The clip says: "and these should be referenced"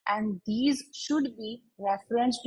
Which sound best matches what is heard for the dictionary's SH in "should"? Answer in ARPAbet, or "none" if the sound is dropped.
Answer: SH